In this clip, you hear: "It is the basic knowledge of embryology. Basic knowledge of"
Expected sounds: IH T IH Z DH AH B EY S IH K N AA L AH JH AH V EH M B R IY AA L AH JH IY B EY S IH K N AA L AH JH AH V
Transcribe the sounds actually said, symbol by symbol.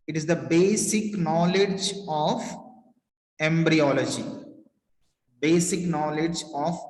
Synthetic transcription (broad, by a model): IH T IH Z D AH B EY S IH K N AA L AH JH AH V EH M B R IY AA L AH JH IY B EY S IH K N AA L AH JH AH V